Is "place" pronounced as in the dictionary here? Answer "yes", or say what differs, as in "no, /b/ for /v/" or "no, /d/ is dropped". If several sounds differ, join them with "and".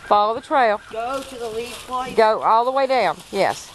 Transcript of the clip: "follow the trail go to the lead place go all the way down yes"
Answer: no, /s/ is dropped